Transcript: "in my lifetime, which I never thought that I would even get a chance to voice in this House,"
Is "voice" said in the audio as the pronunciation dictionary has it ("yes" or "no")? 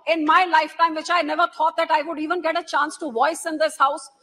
yes